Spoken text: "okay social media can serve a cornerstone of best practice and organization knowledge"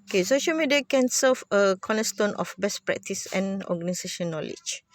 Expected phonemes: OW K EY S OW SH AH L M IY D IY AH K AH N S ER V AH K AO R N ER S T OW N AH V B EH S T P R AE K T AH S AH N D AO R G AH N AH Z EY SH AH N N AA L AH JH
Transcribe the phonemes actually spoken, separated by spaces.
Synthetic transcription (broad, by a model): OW K EY S OW SH AH L M IY D IY AH K AH N S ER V AH K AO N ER S T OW N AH F B EH S P R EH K T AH S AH N AO G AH N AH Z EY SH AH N N AA L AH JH